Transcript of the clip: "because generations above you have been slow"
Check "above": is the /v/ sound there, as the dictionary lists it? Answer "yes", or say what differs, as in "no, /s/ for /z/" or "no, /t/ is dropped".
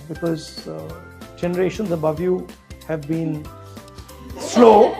yes